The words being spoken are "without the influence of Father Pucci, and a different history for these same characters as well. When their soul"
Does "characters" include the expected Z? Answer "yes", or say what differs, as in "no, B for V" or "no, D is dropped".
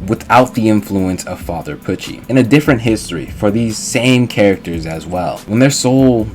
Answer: yes